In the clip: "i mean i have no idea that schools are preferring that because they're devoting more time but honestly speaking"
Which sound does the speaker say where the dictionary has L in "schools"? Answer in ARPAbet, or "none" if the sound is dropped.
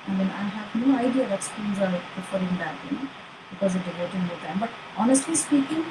N